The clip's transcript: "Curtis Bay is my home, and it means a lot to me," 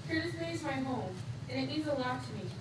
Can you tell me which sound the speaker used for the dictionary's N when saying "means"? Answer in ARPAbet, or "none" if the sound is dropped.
none